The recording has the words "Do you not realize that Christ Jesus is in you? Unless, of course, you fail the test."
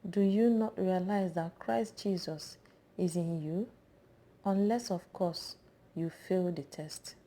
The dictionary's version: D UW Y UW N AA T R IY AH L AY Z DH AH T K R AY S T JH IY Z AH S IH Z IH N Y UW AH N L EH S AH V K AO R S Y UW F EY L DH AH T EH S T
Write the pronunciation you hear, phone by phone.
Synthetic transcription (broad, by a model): D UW Y UW N AA T R IY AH L AY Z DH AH T K R AY S T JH IY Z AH S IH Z IH N Y UW AH N L EH S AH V K AO S Y UW F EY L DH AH T EH S T